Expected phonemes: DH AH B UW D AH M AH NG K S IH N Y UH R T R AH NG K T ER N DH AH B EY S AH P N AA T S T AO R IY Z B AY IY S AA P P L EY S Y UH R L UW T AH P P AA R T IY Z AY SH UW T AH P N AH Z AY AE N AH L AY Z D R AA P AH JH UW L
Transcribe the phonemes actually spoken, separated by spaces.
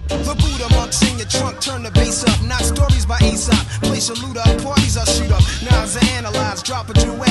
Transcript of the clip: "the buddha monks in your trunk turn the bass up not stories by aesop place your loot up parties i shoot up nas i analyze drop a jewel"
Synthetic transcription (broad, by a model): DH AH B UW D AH M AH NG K S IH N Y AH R T R AH NG K T ER N DH AH B EY S AH P N AA T S T AO R IY Z B AY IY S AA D P L EY S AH L UW T AH P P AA R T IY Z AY S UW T AH P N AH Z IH AE N AH L AY Z D R AA P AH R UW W